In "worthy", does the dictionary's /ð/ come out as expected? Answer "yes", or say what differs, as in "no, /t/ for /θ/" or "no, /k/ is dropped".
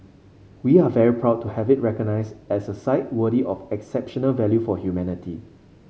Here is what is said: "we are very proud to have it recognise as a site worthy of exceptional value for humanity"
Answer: no, /ð/ is dropped